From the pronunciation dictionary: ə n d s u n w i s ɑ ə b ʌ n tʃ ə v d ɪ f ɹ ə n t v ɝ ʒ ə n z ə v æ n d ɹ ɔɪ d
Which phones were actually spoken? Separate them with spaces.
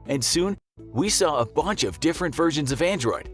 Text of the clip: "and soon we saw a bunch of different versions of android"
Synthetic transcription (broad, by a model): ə n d s u n w i s ɑ ə b ʌ n tʃ ə v d ɪ f ɹ ə n t v ɝ ʒ ə n z ə v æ n d ɹ ɔɪ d